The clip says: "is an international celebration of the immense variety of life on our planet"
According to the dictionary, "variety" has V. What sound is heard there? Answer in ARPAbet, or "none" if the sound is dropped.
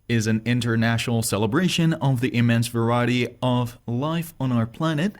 V